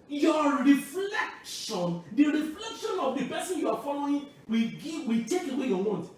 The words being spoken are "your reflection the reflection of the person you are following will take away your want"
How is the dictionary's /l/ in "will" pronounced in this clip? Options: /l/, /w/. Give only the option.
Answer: /w/